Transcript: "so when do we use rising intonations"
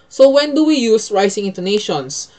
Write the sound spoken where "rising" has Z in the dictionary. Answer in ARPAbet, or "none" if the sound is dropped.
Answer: S